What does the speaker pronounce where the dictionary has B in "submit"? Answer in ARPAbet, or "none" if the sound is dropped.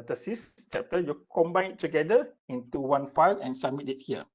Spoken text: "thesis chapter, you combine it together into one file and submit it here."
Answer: none